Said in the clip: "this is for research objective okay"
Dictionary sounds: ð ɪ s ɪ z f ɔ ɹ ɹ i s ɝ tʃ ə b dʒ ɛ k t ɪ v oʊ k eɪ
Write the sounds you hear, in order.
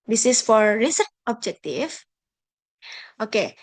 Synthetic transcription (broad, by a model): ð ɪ s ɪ s f ɔ ɹ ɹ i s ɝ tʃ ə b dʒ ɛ k t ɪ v oʊ k eɪ